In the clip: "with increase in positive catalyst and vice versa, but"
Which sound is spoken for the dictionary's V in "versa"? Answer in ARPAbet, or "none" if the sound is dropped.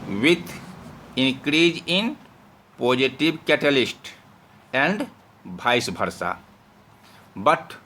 B